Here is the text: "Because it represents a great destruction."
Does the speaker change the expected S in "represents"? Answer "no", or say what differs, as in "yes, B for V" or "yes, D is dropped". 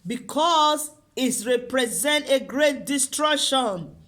yes, S is dropped